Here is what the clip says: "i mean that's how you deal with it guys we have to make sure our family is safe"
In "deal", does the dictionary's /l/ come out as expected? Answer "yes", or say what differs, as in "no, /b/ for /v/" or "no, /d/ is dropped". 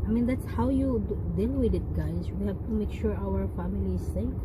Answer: no, /n/ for /l/